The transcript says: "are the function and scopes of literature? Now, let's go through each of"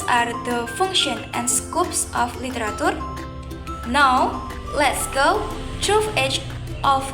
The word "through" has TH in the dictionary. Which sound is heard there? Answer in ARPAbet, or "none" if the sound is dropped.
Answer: T